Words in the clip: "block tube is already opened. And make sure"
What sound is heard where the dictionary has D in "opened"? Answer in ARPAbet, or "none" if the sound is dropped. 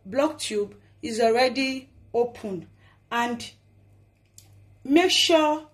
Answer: none